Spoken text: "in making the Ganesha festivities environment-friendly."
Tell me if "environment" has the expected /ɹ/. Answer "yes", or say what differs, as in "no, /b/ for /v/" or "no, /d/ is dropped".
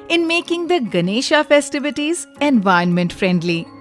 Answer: no, /ɹ/ is dropped